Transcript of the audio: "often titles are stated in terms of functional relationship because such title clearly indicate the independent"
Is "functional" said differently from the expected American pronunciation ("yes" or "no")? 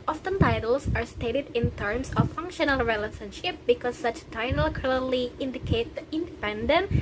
no